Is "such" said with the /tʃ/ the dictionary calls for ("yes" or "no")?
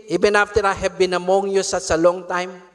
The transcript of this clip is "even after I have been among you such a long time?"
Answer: no